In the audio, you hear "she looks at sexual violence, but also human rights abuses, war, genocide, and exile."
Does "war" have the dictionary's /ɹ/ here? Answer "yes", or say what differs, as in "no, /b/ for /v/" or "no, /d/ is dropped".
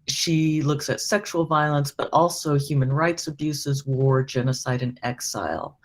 yes